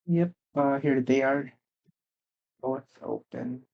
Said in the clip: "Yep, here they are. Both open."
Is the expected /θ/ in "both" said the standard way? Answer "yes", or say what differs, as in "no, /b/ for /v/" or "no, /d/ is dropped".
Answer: no, /s/ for /θ/